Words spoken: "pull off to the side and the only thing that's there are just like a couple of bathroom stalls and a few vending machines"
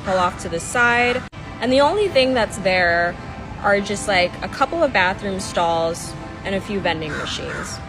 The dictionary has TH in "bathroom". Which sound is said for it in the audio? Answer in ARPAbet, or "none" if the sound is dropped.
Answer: TH